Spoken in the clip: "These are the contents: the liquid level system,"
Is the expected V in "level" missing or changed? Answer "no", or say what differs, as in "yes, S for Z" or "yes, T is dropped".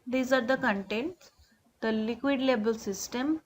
yes, B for V